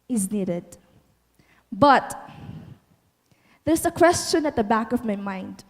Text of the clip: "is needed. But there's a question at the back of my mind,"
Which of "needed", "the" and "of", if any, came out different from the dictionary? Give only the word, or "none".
none